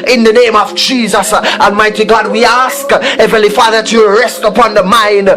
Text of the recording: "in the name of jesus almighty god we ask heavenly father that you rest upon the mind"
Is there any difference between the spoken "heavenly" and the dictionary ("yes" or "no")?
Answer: yes